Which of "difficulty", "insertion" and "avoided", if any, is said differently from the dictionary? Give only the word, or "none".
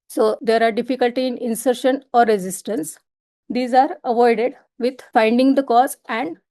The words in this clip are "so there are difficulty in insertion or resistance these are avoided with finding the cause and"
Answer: none